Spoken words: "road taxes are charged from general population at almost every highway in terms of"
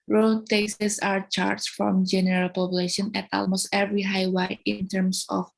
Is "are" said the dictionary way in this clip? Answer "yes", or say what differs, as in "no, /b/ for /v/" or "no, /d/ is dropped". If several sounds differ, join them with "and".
yes